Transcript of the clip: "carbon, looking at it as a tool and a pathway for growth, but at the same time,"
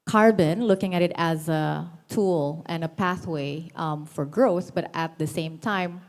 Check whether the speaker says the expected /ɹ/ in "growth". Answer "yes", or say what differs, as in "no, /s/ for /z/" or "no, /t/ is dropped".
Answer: yes